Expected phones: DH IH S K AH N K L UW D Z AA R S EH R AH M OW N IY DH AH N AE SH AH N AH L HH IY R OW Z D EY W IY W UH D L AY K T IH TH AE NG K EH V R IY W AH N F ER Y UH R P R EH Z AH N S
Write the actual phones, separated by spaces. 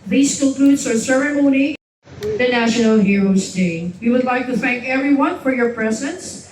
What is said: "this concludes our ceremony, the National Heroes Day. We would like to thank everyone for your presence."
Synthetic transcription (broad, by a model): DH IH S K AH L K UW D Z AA R S EH R AH M OW N IY DH AH N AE SH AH N L HH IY R OW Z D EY W IY W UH D L AY K T IH TH AE NG K EH V R IY W AH N F ER Y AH R P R EH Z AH N S